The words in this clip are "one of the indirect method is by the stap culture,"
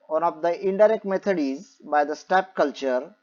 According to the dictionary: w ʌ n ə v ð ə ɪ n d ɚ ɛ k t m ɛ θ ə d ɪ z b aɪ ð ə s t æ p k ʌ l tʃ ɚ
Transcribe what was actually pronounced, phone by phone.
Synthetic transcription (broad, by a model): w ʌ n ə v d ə ɪ n d ɚ ɛ k t m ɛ t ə d ɪ z b aɪ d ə s t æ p k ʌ l tʃ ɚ